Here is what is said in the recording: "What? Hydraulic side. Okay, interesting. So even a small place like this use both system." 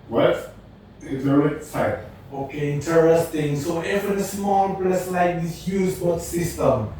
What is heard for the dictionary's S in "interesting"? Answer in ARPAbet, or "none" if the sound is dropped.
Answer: S